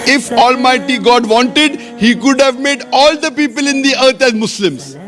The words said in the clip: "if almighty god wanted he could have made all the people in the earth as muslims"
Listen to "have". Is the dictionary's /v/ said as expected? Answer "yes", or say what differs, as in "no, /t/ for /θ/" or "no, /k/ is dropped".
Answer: yes